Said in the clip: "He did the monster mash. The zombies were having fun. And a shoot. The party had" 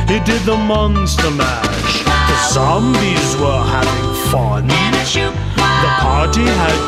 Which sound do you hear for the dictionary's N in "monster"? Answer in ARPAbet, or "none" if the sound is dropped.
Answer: N